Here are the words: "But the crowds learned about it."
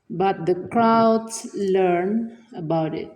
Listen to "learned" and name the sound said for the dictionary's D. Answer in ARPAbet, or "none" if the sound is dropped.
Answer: none